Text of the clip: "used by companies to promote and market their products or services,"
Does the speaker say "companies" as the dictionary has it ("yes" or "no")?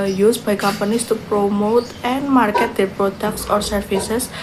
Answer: no